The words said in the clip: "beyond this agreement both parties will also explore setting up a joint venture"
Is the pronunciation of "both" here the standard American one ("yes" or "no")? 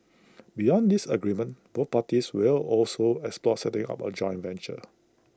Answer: no